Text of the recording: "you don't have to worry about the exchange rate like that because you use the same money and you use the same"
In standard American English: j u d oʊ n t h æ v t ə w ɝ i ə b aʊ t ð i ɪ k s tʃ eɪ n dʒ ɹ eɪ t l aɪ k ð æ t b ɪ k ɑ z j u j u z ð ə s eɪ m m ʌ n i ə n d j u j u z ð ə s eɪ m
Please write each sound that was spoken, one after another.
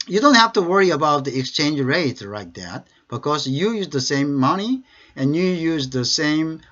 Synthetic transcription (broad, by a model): j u d oʊ n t h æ f t ə w ɝ i ə b aʊ t ð i ɪ k s tʃ eɪ n dʒ ɹ eɪ t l aɪ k ð æ t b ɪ k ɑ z j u j u z ð ə s eɪ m m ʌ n i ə n j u j u z ð ə s eɪ m